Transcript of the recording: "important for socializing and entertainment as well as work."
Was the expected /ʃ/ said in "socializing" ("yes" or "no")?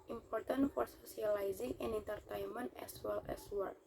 no